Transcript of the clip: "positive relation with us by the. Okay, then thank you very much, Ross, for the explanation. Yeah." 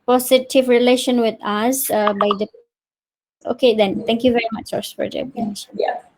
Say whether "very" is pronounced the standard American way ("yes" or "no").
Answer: yes